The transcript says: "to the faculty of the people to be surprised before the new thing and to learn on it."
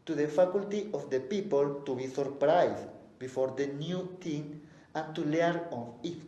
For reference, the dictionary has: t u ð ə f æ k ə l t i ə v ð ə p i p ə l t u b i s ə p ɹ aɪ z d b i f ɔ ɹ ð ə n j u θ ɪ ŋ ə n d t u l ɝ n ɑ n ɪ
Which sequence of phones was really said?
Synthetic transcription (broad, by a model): t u ð ə f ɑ k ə l t i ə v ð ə p i p ə l t u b i s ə p ɹ aɪ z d b i f ɔ ɹ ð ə n j u t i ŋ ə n t u l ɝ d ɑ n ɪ